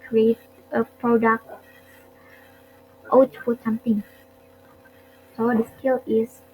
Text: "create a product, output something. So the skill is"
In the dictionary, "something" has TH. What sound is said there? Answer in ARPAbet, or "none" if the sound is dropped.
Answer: T